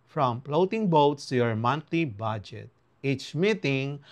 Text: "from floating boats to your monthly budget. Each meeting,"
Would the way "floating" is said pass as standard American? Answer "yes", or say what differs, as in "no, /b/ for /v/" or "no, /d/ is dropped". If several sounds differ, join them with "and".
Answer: no, /p/ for /f/